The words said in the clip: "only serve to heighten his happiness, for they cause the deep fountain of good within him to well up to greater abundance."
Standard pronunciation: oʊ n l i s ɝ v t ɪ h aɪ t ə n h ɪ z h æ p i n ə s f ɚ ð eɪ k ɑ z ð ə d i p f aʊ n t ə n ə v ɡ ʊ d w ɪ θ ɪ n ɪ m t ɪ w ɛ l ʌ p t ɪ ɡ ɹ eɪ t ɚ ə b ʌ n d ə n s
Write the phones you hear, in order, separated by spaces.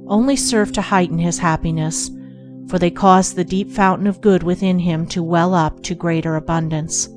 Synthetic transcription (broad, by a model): oʊ n l i s ɝ v t ɪ h aɪ t n ɪ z h æ p i n ə s f ɚ ð eɪ k ɑ z ð ə d i p f aʊ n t n ə v ɡ ʊ d w ɪ θ ɪ n ɪ m t ɪ w ɛ l ʌ p t ɪ ɡ ɹ eɪ t ɚ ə b ʌ n d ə n s